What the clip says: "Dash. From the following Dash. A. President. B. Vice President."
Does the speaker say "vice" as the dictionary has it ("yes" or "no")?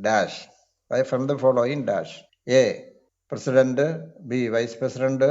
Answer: yes